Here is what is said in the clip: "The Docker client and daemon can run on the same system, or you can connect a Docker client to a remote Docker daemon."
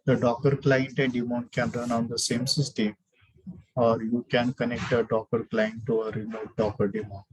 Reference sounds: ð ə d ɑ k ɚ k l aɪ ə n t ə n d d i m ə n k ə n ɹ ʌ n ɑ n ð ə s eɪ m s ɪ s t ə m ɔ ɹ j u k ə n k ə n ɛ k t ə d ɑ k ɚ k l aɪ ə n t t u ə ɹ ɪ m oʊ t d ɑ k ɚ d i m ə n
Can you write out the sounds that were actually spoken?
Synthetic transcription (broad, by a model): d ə d ɑ k ɚ k l aɪ ə n t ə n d d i m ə n k ə n ɹ ʌ n ɑ n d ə s eɪ m s ɪ s t ə m ɔ ɹ j u k ə n k ə n ɛ k t ə d ɑ k ɚ k l aɪ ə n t t u ə ɹ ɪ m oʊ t d ɑ k ɚ d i m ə n